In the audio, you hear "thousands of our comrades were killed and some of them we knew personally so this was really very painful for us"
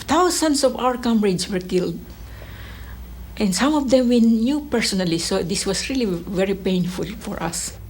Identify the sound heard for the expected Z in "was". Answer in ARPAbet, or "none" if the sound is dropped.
S